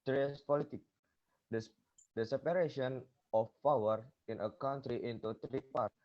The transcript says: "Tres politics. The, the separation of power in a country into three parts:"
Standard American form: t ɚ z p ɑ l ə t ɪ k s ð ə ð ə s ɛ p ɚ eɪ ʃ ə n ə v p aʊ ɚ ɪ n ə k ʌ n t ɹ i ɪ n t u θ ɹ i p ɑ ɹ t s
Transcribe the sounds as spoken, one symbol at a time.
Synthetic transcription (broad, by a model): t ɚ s p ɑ l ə t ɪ k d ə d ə s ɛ p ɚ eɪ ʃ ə n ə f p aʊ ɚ ɪ n ə k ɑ n t ɹ i ɪ n t u t ɹ i p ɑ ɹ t